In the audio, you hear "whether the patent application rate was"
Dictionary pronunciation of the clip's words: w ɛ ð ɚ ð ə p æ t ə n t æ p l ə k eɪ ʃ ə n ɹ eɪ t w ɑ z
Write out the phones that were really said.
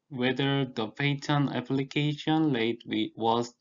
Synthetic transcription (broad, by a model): w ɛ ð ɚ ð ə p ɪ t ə n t æ p l ə k eɪ ʃ ə n l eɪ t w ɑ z